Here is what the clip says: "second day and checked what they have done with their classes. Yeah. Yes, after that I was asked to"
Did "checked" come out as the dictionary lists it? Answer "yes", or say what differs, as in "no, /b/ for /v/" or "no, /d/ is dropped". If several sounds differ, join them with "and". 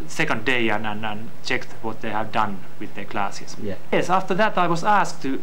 yes